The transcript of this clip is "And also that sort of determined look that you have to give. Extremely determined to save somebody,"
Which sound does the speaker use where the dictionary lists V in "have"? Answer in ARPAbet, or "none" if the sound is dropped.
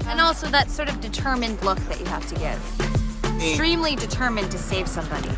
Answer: F